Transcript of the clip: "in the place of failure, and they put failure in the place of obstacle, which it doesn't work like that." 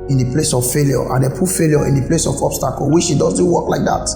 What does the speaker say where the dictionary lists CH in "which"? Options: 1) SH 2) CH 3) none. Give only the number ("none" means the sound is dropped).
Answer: 1